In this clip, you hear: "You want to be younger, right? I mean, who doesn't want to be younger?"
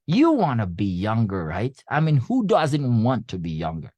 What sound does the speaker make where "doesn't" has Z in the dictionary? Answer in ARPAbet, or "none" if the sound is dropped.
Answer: Z